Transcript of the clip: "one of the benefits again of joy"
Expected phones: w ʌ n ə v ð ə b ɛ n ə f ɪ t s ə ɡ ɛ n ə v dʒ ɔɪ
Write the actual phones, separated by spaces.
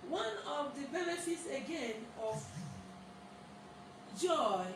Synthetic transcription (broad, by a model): w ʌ n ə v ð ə b ɛ n ə f ɪ t s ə ɡ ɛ n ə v dʒ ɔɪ